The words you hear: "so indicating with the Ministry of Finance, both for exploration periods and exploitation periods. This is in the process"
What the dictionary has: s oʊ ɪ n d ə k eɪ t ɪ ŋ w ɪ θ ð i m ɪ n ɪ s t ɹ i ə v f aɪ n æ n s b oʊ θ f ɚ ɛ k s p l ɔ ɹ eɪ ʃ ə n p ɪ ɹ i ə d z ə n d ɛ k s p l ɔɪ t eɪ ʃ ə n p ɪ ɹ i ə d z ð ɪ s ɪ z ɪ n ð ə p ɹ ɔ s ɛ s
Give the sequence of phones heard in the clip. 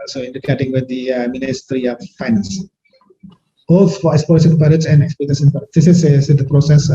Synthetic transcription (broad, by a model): s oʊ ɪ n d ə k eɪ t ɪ ŋ w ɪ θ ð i m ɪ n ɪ s t ɹ i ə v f aɪ n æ n s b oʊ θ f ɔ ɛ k s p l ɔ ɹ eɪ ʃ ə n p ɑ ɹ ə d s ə n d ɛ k s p ɔɪ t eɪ s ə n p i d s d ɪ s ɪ s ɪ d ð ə p ɹ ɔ s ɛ s